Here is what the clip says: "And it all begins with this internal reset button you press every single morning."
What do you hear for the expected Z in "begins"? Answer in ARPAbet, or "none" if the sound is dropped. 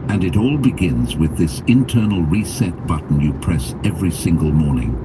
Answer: Z